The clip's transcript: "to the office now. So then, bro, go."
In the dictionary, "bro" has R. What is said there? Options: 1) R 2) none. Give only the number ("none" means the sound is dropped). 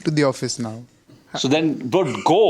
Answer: 2